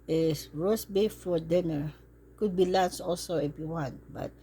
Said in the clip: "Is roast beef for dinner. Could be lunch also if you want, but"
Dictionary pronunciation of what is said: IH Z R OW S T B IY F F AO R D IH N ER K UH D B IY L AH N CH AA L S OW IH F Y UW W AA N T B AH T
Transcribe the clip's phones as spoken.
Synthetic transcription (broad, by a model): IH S R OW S B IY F F AO R D IH N ER K UH D B IY L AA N S AA L S OW IH F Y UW W AA N T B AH T